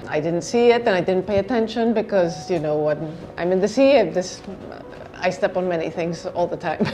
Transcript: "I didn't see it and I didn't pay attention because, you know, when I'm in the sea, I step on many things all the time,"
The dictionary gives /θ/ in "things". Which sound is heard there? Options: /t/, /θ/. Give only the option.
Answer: /θ/